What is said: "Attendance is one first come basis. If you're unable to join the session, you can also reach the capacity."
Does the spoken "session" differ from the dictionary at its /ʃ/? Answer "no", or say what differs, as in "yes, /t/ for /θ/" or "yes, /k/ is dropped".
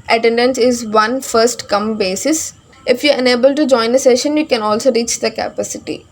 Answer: no